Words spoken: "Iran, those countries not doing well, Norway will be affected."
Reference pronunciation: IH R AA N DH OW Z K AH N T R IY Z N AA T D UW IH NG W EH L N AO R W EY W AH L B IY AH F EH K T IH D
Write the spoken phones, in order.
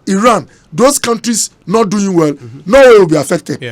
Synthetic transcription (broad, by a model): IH R AA N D OW S K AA N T R IY S N AA T D UW IH NG W EH L N AO W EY W AH L B IY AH F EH K T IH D